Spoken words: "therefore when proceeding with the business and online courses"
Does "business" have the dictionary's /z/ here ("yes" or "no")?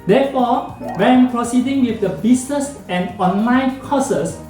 no